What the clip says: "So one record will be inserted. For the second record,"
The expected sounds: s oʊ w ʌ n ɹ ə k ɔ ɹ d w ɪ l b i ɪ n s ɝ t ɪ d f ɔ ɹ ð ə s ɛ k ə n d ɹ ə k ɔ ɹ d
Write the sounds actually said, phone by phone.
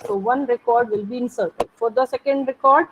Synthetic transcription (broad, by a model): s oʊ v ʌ n ɹ ə k ɔ ɹ d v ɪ l b i ɪ n s ɝ t ɪ d f ɔ ɹ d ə s ɛ k ə n d ɹ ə k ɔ ɹ d